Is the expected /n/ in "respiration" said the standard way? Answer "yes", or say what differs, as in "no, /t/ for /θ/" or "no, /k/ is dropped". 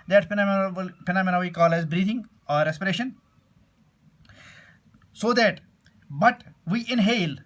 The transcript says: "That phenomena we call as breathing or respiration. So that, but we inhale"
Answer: yes